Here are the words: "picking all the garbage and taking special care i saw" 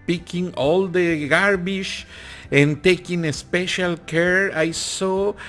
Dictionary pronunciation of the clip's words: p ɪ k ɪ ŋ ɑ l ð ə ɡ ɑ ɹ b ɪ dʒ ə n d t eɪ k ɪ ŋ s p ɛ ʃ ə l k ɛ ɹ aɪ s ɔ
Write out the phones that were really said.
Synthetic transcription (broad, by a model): p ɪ k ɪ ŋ ɑ l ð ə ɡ ɑ ɹ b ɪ ʃ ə n t eɪ k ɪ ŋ s p ɛ ʃ ə l k ɛ ɹ aɪ s ɔ